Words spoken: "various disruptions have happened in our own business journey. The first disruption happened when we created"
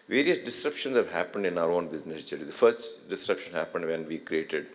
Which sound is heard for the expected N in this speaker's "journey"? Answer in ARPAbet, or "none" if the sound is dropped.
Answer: L